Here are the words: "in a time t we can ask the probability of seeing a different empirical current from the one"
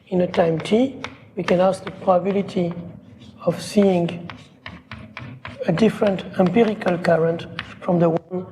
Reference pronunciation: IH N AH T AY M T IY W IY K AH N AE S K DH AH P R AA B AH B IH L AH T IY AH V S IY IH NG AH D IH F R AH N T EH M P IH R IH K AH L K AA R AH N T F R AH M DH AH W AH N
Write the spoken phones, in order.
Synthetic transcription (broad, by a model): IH N AH T AY M T IY W IY K AH N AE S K DH AH P R AA B AH B IH L AH T IY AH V S IY IH NG AH D IH F R AH N T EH M P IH R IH K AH L K AA R AH N T F R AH M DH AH W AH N